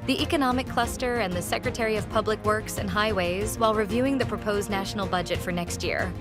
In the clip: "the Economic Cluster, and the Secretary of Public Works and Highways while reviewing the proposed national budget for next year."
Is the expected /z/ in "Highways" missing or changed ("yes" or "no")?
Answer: no